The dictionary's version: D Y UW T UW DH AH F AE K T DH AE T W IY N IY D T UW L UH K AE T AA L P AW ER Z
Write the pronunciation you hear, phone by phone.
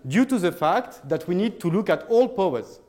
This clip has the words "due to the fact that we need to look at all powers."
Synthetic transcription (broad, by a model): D Y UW T UW DH AH F AE K T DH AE T W IY N IY D T UW L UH K AE T AA L P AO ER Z